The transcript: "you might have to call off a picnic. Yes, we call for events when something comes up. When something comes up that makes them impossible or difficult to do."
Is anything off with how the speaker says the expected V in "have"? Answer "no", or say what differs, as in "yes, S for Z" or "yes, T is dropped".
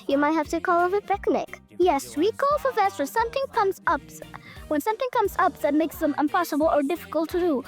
yes, F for V